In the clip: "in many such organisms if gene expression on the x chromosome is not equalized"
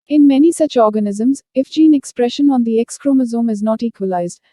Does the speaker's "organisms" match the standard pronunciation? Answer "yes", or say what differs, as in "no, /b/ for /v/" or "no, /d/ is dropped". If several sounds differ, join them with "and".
yes